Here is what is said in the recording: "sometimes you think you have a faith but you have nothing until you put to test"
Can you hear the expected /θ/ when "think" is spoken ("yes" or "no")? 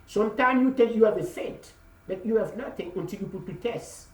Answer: no